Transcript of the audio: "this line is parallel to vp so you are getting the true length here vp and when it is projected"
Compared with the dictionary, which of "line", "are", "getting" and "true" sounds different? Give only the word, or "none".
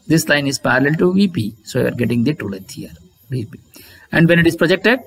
true